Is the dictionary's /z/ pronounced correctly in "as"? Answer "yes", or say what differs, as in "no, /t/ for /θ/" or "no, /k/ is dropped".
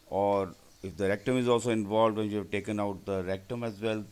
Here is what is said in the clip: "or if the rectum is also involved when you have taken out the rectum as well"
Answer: yes